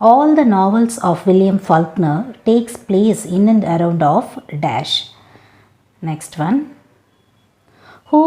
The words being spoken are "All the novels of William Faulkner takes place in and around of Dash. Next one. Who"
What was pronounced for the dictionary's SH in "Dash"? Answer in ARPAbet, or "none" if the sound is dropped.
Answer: SH